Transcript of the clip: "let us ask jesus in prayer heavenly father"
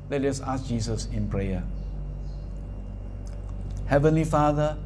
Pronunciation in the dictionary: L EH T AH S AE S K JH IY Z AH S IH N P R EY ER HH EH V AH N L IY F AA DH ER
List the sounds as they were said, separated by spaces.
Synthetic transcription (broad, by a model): L EH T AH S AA S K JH IY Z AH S IH N P R EY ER HH EH V AH N L IY F AA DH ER